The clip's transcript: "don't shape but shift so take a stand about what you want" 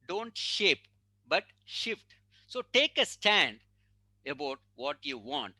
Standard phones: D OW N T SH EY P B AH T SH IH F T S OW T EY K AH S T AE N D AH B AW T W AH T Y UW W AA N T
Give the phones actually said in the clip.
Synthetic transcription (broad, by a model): D OW N T SH EY P B AH T SH IH F T S OW T EY K AH S T AE N D AH B AW T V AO T Y UW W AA N T